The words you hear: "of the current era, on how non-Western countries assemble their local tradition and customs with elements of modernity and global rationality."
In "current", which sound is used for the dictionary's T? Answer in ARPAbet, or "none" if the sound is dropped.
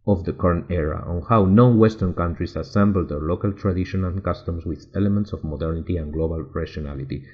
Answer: none